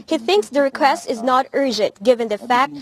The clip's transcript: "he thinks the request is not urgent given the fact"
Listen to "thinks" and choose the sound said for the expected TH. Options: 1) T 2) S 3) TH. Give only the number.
3